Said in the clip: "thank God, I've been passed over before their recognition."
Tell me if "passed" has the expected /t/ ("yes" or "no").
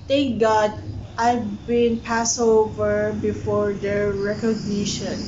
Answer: no